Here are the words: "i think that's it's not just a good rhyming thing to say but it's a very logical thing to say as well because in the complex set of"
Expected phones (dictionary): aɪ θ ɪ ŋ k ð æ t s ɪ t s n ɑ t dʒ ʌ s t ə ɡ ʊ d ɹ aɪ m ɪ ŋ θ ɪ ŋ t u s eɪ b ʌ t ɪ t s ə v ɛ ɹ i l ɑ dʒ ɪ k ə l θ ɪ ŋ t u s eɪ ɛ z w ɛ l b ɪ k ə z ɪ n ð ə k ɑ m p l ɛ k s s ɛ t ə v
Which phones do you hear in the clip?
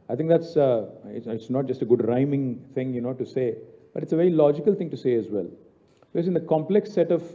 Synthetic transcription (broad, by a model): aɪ t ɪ ŋ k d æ t s ɪ t s n ɑ t dʒ ʌ s t ə ɡ ʊ d ɹ aɪ m ɪ ŋ t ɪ ŋ t u s eɪ b ʌ t ɪ t s ə v ɛ ɹ i l ɑ dʒ ɪ k ə l t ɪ ŋ t u s eɪ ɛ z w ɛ l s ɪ ə s ɪ n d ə k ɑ m p l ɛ k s s ɛ t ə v